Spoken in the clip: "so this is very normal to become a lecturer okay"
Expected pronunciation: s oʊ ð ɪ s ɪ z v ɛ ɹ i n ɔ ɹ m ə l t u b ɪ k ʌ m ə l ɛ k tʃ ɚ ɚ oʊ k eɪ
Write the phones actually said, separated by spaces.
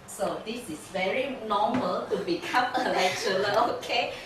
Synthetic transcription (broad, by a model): s oʊ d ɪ s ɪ s v ɛ ɹ i n ɔ m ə l t u b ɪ k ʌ m ə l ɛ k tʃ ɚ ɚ oʊ k eɪ